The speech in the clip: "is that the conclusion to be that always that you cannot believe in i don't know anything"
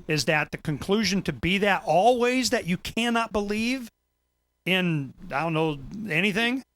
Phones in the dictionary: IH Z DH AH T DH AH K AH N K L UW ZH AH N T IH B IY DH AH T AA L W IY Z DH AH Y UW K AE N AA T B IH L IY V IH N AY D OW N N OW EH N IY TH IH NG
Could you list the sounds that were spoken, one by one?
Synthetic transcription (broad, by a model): IH Z DH AH T DH AH K AH N K L UW ZH AH N T IH B IY DH AH T AA L W IY Z DH AH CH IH K AE N AA T B IH L IY V IH N AY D OW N N OW EH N IY TH IH NG